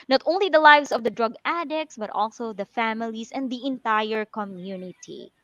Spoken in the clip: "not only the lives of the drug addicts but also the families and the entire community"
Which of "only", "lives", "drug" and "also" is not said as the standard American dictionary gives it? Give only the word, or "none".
lives